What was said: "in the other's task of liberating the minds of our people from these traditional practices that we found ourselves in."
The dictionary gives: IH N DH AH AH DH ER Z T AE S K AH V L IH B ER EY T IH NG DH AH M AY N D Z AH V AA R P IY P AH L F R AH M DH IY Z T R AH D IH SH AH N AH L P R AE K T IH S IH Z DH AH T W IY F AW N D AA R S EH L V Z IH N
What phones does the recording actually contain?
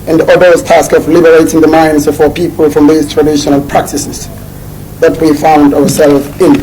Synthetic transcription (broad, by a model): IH N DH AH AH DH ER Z T AE S K AH V L IH B ER EY T IH NG DH AH M AY N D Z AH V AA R P IY P AH L F R AH M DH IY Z T R AH D IH SH AH N AH L P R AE K T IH S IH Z DH AH T W IY F AW N D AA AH S EH L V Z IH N